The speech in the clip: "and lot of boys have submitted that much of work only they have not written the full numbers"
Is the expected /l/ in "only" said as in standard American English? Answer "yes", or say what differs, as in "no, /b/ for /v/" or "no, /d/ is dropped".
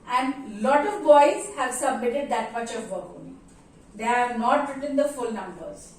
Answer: no, /l/ is dropped